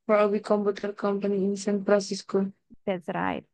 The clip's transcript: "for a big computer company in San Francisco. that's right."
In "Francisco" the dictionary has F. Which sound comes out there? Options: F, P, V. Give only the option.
P